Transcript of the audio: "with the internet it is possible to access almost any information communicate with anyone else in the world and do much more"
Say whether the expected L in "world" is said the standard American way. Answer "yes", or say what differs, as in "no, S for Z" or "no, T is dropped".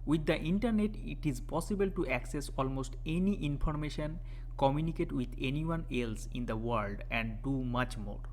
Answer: yes